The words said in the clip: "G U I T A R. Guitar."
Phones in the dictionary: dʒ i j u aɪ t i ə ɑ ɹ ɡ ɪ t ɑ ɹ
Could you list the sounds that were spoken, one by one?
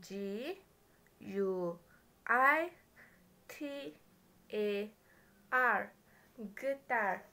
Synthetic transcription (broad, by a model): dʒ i j u aɪ t i ə ɑ ɹ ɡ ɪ t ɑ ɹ